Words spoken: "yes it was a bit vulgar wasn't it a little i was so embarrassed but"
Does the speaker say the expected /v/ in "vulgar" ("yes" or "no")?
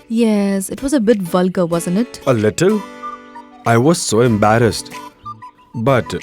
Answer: yes